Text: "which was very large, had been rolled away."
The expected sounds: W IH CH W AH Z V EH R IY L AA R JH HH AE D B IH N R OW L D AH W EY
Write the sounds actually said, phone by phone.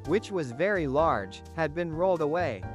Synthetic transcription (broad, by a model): W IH CH W AH Z V EH R IY L AA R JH HH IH D B IH N R OW L D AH W EY